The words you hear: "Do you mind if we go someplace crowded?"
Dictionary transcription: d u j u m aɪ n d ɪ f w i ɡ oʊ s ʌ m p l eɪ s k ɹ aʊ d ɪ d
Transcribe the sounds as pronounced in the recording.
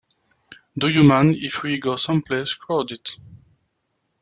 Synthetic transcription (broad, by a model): d u j u m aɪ n ɪ f w i ɡ oʊ s ʌ m p l eɪ s k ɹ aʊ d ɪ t